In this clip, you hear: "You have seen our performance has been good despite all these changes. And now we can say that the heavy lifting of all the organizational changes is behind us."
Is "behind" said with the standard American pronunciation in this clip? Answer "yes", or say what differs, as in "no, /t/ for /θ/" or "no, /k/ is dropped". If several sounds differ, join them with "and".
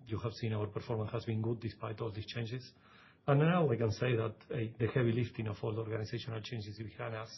no, /d/ is dropped